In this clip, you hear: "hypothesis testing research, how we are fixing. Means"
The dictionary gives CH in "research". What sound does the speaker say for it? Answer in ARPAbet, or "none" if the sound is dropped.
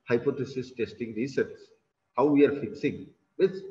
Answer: S